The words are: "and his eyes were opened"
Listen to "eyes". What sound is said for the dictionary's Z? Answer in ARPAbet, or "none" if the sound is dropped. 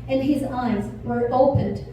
Z